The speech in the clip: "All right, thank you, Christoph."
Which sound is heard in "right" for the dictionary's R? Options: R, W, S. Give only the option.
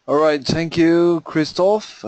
R